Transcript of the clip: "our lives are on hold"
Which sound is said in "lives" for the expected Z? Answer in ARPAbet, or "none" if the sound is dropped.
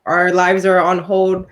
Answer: Z